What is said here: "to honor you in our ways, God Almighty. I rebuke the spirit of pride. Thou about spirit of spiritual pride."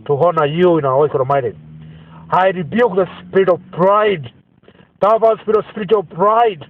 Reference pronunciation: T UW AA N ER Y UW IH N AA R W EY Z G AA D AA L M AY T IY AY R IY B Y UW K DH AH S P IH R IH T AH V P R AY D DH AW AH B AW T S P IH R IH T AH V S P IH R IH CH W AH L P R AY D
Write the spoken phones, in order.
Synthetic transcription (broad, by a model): T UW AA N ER Y UW IH N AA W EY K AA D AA M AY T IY AY R IY B Y UW K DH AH S P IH R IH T AH V P R AY D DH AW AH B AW S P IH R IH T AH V S P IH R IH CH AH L P R AY D